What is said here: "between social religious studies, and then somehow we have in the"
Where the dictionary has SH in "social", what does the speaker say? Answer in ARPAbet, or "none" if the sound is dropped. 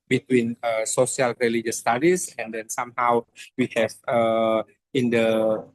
S